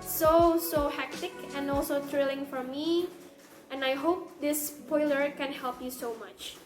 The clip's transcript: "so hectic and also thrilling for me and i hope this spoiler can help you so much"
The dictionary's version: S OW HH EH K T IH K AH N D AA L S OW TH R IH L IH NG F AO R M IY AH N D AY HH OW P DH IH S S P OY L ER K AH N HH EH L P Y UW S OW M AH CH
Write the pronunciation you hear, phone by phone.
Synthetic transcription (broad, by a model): S OW HH EH K T IH K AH N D AA L S OW T R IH L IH NG F AO R M IY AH N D AY HH OW P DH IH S S P OY L ER K AH N HH EH L P Y UW S OW M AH CH